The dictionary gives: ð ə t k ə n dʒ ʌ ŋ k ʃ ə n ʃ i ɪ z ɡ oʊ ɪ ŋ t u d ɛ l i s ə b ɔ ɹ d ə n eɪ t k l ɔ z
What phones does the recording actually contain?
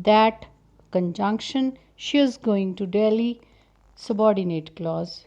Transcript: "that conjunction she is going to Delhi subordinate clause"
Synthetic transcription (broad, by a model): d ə t k ə n dʒ ʌ ŋ k ʃ ə n ʃ i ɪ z ɡ oʊ ɪ ŋ t u d ɛ l i s ə b ɔ ɹ d ə n eɪ t k l ɔ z